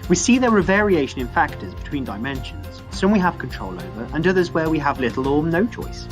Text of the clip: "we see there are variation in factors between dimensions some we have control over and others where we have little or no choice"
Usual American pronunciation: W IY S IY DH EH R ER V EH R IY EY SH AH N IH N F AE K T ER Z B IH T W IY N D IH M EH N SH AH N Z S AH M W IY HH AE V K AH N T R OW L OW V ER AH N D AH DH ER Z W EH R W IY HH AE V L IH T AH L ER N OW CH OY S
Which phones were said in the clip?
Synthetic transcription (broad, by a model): W IY S IY DH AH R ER V EH R IY EY SH AH N IH N F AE K T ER Z B IH T W IY N D IH M EH N SH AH N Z S AH M W IY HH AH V K AH N T R OW L OW V ER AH N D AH DH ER Z W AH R W IY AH V L IH T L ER N OW CH OY S